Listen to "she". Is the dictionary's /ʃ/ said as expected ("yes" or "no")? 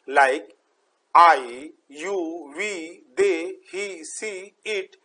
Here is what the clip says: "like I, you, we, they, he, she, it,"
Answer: no